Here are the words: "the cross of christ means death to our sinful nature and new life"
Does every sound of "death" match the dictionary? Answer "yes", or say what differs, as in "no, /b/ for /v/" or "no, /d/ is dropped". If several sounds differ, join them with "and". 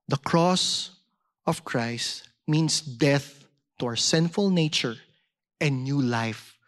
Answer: yes